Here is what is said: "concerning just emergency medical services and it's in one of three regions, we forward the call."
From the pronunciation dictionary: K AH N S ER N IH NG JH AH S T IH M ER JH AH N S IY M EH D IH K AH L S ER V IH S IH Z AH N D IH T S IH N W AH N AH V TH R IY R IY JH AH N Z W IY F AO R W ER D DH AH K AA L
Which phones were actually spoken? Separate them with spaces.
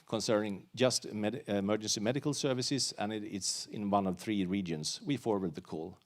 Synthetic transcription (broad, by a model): K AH N S ER N IH NG JH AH S T IH M ER JH AH N S IY M EH D IH K AH L S ER V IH S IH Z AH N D IH T S IH N W AH N AH V TH R IY R IY JH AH N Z W IY F AO R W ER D DH AH K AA L